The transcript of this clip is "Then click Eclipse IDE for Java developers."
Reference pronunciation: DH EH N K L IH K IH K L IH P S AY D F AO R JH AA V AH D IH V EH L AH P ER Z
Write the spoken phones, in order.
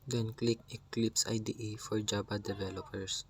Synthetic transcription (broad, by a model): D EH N K L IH K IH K L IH P S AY D F AO R JH AA B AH D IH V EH L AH P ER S